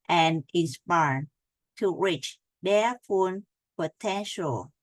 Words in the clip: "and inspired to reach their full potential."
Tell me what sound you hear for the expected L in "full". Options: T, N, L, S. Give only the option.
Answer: N